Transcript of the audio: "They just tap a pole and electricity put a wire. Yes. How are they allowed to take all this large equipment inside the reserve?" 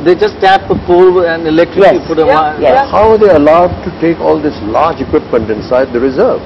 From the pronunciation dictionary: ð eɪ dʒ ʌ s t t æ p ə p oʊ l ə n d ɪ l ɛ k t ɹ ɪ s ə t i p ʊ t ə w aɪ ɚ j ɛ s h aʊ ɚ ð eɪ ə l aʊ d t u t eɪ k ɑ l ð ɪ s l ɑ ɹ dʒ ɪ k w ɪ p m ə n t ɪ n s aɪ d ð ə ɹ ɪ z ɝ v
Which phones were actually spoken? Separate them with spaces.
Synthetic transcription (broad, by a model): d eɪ dʒ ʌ s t t æ p ə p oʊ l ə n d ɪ l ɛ k t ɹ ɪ ə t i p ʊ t ə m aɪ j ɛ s h aʊ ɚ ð eɪ ə l aʊ d t u t eɪ k ɑ l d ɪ s l ɑ ɹ dʒ ɪ k w ɪ p m ə n t ɪ n s aɪ d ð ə ɹ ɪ z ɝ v